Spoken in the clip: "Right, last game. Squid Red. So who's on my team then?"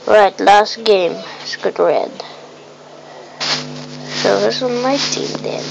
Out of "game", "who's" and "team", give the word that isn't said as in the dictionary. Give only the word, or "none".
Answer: who's